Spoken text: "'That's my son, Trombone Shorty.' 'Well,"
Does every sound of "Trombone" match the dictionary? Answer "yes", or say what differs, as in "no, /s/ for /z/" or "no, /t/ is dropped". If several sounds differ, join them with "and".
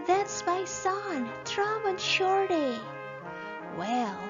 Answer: no, /b/ is dropped